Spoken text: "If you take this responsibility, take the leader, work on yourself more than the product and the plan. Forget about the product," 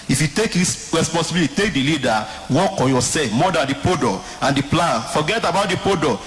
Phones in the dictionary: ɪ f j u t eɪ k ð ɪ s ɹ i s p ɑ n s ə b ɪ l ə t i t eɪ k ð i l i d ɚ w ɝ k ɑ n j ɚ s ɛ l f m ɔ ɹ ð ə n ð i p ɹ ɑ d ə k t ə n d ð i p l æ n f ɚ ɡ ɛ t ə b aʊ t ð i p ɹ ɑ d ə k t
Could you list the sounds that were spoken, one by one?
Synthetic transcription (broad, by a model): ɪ f j u t eɪ k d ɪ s ɹ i s p ɑ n s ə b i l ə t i t eɪ k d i l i d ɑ w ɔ k ɑ n j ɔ s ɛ f m ɔ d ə n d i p ɔ d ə ə n d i p l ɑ n f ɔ ɡ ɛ t ə b aʊ t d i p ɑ d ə